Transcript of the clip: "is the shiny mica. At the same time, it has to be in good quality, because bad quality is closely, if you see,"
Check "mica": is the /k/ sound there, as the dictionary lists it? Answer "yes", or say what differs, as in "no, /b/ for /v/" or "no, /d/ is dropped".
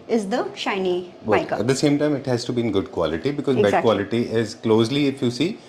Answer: no, /k/ is dropped